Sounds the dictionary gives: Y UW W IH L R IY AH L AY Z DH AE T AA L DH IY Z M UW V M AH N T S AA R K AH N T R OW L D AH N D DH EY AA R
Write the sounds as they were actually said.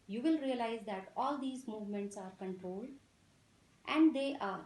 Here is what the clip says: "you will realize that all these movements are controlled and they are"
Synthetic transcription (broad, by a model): Y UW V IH L R IY AH L AY Z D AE T AA L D IY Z M UW V M AH N T S AA R K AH N T R OW L D AH N D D EY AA R